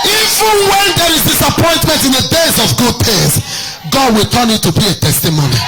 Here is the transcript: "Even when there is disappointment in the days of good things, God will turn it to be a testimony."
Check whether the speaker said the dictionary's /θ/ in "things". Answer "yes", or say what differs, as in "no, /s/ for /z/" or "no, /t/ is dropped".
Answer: no, /t/ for /θ/